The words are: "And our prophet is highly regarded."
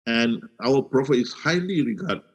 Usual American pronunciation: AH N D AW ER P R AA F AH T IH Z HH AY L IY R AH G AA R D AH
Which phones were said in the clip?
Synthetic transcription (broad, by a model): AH N AW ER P R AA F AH IH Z HH AY L IY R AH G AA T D